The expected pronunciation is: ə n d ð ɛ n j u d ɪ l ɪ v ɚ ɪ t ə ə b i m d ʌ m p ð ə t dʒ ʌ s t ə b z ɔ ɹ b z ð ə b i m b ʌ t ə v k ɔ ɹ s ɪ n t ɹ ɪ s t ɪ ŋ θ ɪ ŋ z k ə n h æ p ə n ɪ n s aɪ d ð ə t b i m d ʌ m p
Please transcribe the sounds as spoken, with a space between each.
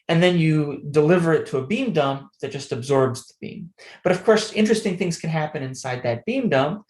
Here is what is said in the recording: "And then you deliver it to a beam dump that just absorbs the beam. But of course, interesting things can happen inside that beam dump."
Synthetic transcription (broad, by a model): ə n ð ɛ n j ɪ d ɪ l ɪ v ɚ ɪ t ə ə b i m d ʌ m p ð ə t dʒ ʌ s t ə b z ɔ ɹ b z ð ə b i m b ʌ t ə v k ɔ ɹ s ɪ n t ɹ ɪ s t ɪ ŋ θ ɪ ŋ z k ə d h æ p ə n ɪ n s aɪ d ð ə t b i m d ʌ m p